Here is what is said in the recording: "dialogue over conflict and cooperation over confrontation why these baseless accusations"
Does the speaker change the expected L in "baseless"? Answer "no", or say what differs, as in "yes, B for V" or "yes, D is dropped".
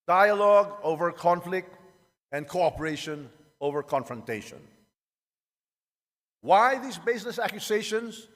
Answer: yes, N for L